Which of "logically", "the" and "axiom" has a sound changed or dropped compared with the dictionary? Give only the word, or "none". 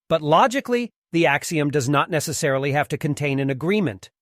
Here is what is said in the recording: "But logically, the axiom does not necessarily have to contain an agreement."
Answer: none